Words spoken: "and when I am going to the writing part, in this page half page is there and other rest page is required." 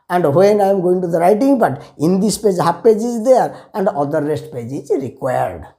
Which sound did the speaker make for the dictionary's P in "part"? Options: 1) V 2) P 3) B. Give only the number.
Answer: 3